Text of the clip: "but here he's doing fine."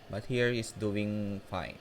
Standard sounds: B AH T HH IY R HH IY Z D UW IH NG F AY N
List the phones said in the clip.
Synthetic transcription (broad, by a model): B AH T HH IY R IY S D UW IH NG F AY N